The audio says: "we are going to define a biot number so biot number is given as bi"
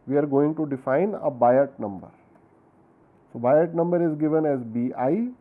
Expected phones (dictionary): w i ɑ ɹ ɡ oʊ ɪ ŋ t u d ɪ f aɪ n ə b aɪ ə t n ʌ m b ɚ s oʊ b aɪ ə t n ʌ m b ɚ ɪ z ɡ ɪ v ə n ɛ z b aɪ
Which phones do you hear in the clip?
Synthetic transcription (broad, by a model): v i ɑ ɹ ɡ oʊ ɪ ŋ t u d ɪ f aɪ n ə b aɪ ə t n ʌ m b ɚ s oʊ b aɪ ə t n ʌ m b ɚ ɪ z ɡ ɪ v ə n ɛ z b aɪ